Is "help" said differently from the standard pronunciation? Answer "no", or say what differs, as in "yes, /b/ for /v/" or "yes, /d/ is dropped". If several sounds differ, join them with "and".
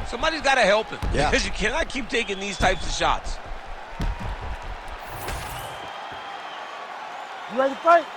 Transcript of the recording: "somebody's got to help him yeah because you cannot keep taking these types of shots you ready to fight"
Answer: no